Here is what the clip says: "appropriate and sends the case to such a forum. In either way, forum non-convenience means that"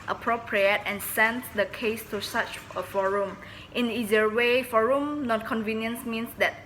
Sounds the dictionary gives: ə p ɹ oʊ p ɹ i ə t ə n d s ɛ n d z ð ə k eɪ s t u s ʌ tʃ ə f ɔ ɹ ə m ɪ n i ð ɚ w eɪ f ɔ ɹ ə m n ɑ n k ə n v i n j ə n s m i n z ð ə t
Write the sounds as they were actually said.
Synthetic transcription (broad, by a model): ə p ɹ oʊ p ɹ i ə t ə n s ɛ n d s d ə k eɪ s t u s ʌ tʃ ə f ɔ ɹ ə m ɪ n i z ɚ w eɪ f ɔ ɹ ə m n ɑ n k ə n v i n j ə n s m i n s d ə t